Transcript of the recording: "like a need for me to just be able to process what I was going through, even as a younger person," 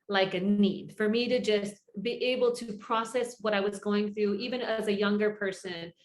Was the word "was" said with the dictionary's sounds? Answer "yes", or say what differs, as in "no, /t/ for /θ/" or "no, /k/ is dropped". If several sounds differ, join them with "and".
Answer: yes